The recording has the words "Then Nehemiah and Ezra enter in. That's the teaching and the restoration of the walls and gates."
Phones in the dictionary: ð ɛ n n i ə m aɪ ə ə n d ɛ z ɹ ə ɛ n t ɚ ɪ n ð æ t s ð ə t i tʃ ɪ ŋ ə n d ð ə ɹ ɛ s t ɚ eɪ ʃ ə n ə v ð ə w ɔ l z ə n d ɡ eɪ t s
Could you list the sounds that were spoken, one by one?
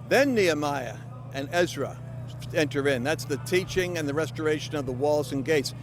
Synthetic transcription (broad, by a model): ð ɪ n n i ə m aɪ ə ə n ɛ z ɹ ə ɛ n t ɚ ɪ n ð æ t s ð ə t i tʃ ɪ ŋ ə n ð ə ɹ ɛ s t ɚ eɪ ʃ ə n ə v ð ə w ɔ l z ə n ɡ eɪ t s